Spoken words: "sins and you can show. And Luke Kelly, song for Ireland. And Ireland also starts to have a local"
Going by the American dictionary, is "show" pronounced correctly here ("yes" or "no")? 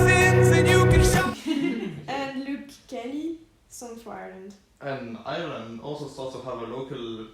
no